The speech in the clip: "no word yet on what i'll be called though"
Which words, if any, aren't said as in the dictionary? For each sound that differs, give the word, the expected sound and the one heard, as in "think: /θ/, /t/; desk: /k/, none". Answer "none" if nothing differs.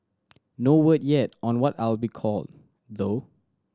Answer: none